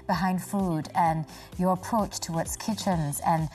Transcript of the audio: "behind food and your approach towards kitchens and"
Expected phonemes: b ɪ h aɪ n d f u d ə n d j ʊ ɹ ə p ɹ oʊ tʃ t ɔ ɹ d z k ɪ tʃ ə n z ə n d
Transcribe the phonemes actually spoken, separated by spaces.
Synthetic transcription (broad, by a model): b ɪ h aɪ n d f u d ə n j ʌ ɹ ə p ɹ oʊ tʃ t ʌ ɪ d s k ɪ tʃ ə n z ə n